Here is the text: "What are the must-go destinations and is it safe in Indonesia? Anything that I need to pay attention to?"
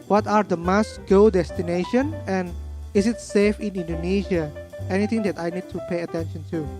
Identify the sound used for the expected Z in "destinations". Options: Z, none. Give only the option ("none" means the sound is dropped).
none